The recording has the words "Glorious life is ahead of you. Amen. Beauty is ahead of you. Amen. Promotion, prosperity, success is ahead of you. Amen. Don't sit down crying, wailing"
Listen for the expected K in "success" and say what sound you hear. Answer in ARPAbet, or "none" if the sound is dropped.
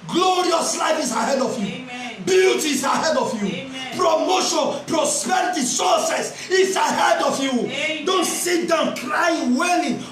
none